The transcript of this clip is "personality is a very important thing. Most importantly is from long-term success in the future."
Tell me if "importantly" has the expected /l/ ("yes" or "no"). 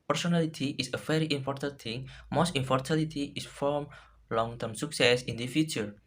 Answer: no